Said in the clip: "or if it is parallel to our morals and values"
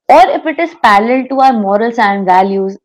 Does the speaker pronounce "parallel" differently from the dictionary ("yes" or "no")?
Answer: yes